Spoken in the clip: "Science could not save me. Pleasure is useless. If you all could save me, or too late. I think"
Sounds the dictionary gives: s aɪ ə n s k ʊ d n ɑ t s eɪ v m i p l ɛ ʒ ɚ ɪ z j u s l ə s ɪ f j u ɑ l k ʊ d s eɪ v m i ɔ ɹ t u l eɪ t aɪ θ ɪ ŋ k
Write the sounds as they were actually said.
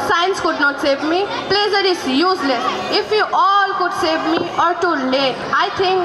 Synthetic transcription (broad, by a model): s aɪ n s k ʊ d n ɑ t s eɪ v m i p l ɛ z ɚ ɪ s j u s l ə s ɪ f j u ɑ l k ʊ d s eɪ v m i ɔ ɹ t u l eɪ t aɪ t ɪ ŋ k